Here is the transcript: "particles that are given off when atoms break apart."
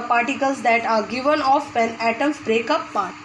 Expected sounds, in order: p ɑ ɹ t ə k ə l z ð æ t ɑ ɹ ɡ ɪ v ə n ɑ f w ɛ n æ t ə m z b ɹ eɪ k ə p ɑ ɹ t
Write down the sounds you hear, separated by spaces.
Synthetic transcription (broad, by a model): p ɑ ɹ t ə k ə l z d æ t ɑ ɹ ɡ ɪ v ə n ɑ f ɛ n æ t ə m b ɹ eɪ k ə p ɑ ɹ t